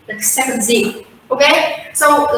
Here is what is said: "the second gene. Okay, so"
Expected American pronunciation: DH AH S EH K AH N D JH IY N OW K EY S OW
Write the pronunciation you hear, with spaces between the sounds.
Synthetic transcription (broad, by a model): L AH S EH K AH N D Z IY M OW K EY S OW